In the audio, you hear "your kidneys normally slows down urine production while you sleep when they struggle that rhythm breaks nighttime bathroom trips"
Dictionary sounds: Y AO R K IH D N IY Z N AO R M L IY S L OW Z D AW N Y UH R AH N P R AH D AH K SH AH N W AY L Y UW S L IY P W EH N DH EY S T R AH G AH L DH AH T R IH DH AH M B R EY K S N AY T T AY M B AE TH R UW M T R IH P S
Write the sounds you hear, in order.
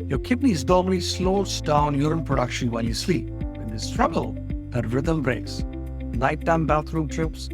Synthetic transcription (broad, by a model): Y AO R K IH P N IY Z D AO L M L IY S L OW S D AW N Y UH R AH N P R AH D AH K SH AH N W AY L Y UW S L IY P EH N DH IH S T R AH G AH L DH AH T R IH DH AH M B R EY K S L AY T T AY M B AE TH R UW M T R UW P S